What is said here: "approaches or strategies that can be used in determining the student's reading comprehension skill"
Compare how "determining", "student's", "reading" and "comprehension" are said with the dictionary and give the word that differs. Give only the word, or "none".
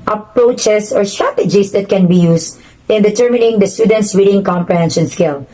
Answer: reading